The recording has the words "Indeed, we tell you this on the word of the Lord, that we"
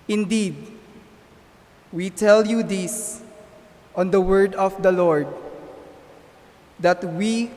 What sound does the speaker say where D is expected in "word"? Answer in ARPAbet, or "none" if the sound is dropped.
D